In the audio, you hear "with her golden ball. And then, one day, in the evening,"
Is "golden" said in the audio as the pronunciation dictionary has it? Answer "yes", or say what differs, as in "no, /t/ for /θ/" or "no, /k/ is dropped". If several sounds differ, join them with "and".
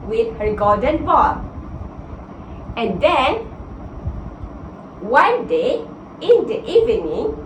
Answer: no, /l/ is dropped